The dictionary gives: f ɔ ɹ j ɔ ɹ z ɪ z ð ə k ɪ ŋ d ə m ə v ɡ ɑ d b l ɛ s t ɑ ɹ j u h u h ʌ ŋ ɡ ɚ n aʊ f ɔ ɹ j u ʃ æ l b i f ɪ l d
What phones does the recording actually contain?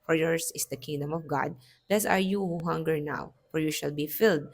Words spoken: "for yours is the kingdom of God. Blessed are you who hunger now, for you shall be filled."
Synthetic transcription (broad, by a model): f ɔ ɹ j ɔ ɹ s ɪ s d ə k ɪ ŋ d ə m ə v ɡ ɑ d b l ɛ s ɑ ɹ j u h u h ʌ ŋ ɡ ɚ n aʊ f ɔ ɹ j u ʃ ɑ l b i f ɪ l d